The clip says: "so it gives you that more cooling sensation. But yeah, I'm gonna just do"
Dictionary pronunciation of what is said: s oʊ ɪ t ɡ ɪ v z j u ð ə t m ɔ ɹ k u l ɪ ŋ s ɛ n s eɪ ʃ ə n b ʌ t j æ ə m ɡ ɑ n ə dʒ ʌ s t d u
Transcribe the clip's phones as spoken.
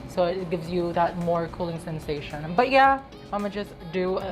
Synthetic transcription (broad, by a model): s oʊ ɪ t ɡ ɪ v z j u ð ə t m ɔ ɹ k u l ɪ ŋ s ɛ n s eɪ ʃ ə n b ʌ t j æ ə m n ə dʒ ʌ s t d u